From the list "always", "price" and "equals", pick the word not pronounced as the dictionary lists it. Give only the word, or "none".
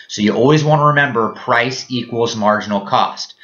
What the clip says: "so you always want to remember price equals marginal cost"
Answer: none